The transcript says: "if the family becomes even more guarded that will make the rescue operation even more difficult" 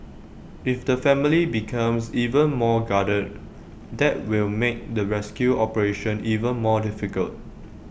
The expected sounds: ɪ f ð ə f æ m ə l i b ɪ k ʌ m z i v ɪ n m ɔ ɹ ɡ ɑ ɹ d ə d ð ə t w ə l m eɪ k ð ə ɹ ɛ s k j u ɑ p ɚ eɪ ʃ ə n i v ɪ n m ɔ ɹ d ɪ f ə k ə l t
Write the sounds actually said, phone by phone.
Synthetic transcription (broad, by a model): ɪ f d ə f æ m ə l i b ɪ k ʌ m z i v ɪ n m ɔ ɡ ɑ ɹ d ə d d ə t w ə l m eɪ k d ə ɹ ɛ s k j u ɑ p ɚ eɪ ʃ ə n i v ɪ n m ɔ d ɪ f ə k ə l t